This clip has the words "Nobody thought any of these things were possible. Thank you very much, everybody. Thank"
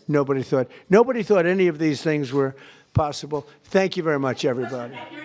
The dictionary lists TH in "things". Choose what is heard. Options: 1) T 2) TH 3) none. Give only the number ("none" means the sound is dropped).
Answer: 2